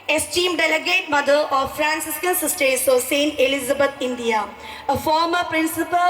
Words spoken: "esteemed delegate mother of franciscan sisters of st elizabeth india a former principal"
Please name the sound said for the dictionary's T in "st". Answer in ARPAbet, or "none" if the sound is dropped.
T